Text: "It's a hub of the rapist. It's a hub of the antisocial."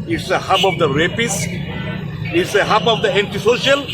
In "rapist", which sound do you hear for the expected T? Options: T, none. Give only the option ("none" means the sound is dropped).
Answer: none